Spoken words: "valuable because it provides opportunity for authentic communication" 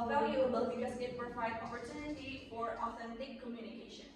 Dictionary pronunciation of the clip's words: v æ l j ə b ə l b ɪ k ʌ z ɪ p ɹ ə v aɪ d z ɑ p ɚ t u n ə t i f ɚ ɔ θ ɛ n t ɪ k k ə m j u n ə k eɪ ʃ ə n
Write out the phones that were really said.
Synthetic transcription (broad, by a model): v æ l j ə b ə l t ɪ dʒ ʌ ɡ ɪ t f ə f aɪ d ɑ p ɚ t u n ə t i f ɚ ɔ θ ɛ n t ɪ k k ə m j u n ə k eɪ ʃ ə n